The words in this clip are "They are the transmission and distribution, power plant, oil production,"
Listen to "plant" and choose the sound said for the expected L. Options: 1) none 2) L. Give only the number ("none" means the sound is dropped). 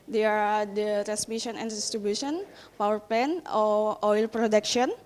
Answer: 1